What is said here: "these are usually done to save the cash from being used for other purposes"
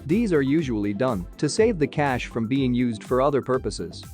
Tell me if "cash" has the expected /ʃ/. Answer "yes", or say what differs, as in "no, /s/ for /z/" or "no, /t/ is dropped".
yes